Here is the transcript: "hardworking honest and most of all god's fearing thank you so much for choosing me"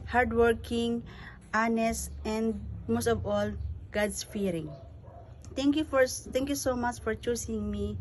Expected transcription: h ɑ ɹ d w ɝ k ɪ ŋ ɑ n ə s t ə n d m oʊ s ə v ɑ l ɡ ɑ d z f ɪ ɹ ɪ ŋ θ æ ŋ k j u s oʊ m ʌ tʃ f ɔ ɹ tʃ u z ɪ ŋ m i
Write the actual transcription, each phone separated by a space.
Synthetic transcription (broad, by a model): h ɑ ɹ d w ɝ k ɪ ŋ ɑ n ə s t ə n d m oʊ s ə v ɑ l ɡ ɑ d s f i ɹ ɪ ŋ t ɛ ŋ k j u s oʊ m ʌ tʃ f ɔ ɹ tʃ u s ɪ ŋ m i